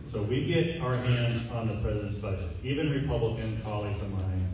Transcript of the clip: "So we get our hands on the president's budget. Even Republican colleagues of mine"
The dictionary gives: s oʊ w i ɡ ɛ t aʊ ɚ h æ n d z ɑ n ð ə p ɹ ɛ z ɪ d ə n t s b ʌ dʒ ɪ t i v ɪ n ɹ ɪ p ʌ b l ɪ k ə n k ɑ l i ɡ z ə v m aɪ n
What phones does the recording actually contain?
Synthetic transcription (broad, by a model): s oʊ w i ɡ ɛ t aʊ ɚ h æ n d z n ð ə p ɹ ɛ z ɪ d ə n t s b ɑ ɪ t i v ɪ n ɹ ɪ p ʌ b l ɪ k ə n k ɑ l i ɡ z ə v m aɪ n